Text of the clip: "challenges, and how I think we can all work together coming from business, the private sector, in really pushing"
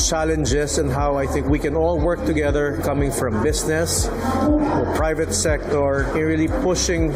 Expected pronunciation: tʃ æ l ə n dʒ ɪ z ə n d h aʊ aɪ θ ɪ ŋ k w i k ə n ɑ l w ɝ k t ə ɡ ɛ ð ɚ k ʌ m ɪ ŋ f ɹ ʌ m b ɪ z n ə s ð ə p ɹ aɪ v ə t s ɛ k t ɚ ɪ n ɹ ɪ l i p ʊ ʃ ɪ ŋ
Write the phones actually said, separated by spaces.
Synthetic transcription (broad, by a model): tʃ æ l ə n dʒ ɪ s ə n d h aʊ aɪ θ ɪ ŋ k w i k ə n ɑ l w ɝ k t ə ɡ ɛ ð ɚ k ʌ m ɪ ŋ f ɹ ʌ m b ɪ s n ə s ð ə p ɹ aɪ v ə t s ɛ k t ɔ ɪ n ɹ ɪ l i p ʊ ʃ ɪ ŋ